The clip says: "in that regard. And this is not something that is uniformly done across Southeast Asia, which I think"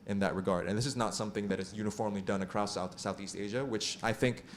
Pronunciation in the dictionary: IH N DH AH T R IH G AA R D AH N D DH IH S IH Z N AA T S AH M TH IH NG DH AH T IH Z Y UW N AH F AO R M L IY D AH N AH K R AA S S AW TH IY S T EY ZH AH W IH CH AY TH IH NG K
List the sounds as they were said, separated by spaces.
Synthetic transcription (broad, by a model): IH N DH AH T R IH G AA R D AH N DH IH S IH Z N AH T S AH M TH IH NG DH AH T IH Z Y UW N AH F AO R M L IY D AH N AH K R AA S S AW TH IY S T EY ZH AH W IH CH AY TH IH NG K